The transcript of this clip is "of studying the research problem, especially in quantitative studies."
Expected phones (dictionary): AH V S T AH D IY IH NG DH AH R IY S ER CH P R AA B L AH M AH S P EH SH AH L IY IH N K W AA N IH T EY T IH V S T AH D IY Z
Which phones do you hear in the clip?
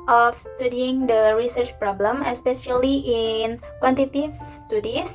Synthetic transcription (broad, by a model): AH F S T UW D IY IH NG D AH R IY S ER CH P R AA B L AH M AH S P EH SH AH L IY IH N K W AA N T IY T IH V S T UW D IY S